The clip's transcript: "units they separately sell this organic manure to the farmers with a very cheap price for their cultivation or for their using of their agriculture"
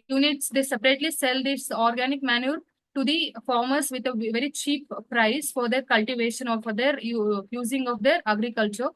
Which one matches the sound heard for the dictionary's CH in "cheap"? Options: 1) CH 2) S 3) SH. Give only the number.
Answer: 1